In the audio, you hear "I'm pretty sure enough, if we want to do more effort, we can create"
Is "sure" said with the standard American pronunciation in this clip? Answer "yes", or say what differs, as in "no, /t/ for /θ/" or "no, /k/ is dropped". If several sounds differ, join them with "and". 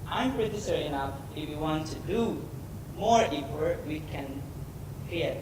no, /s/ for /ʃ/